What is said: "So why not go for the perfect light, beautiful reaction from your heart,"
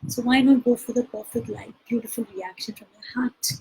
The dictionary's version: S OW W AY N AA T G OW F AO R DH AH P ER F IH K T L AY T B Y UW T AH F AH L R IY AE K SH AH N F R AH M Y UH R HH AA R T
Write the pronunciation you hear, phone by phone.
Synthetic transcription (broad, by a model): S OW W AY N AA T G OW F AO R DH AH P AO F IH T L AY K B Y UW T AH F AH L R IY AE K SH AH N F R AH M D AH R HH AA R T